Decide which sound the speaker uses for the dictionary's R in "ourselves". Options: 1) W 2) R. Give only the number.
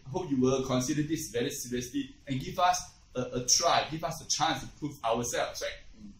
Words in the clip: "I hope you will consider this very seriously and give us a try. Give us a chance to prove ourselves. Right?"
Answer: 1